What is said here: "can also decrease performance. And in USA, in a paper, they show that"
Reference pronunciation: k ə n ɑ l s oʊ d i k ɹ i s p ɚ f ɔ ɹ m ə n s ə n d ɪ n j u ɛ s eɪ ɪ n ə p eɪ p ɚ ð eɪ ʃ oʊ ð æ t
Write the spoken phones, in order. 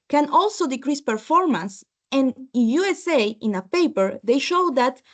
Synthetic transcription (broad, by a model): k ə n ɑ l s oʊ d i k ɹ i s p ɚ f ɔ ɹ m ə n s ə n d ɪ n j u ɛ s eɪ ɪ n ə p eɪ p ɚ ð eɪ ʃ oʊ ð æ t